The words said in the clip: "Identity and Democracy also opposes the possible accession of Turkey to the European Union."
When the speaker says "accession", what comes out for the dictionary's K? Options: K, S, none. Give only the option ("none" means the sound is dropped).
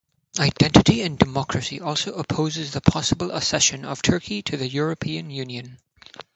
none